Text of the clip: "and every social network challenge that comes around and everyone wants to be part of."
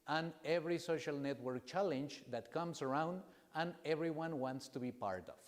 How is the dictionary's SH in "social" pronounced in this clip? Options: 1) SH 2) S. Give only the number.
1